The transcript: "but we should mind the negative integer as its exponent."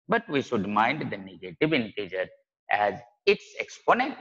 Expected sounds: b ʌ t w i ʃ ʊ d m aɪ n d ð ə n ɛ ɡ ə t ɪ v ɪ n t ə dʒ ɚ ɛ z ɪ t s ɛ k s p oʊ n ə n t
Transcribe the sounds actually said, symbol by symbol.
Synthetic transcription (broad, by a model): b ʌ t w i ʃ ʊ d m aɪ n d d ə n ɛ ɡ ə t ɪ v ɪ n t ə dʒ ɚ ɛ z ɪ t s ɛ k s p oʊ n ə n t